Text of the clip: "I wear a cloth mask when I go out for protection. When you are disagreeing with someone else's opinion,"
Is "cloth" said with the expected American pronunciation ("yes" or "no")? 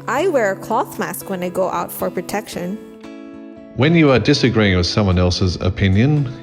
yes